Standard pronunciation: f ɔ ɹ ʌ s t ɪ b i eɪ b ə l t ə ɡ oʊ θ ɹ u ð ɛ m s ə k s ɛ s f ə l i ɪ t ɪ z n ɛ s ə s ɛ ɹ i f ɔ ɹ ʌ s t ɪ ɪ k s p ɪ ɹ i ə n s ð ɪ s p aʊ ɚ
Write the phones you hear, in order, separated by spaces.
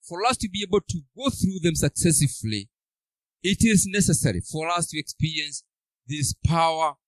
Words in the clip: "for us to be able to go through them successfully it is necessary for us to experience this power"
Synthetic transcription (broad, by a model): f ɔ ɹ ʌ s t ɪ b i eɪ b ə l t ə ɡ oʊ θ ɹ u ð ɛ m s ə k s ɛ s ə l i ɪ t ɪ z n ɛ s ə s ɛ ɹ i f ɔ ɹ ʌ s t ɪ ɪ k s p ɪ ɹ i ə n s ð ɪ s p aʊ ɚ